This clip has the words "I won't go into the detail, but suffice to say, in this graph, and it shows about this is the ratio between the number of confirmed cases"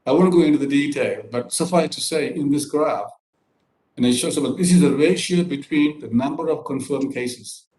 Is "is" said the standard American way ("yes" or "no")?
yes